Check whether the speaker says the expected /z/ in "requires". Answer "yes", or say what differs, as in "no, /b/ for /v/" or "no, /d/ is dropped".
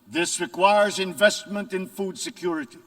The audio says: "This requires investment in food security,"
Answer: yes